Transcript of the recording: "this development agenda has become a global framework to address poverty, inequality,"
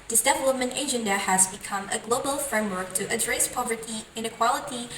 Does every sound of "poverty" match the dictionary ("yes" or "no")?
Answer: yes